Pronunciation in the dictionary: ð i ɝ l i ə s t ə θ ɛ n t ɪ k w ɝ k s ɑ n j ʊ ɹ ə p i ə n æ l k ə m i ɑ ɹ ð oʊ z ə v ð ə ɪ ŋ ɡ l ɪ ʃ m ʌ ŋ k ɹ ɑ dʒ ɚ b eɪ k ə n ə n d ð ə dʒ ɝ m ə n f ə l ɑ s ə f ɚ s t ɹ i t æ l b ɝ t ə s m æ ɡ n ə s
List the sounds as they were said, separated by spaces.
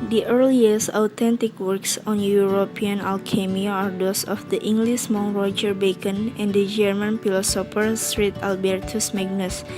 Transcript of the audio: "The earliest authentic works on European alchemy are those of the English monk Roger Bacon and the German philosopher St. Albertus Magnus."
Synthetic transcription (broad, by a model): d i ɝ l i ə s ə t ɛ n t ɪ k w ɝ k s ɑ n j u ɹ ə p i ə n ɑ l k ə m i ɑ ɹ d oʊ s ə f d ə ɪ ŋ ɡ l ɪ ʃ m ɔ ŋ ɹ ɑ dʒ ɚ b eɪ k ə n ə n d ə dʒ ɝ m ə n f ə l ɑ s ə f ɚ s t ɹ i t æ l b ɝ t ə s m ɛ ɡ n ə s